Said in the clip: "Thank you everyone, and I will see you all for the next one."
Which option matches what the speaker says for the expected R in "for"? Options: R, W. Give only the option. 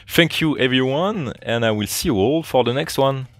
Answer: R